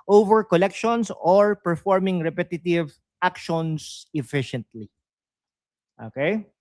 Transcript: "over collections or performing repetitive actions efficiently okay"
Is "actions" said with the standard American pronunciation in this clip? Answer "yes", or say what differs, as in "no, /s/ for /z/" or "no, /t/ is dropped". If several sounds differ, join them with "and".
no, /s/ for /z/